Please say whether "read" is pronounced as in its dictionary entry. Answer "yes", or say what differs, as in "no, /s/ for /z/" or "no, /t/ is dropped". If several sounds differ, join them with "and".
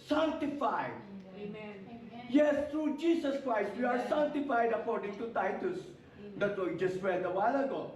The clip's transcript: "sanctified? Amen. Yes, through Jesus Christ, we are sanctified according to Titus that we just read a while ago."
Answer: no, /w/ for /ɹ/